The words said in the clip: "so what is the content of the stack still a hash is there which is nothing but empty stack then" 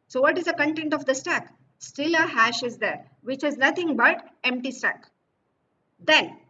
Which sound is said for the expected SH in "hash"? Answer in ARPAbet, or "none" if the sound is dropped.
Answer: SH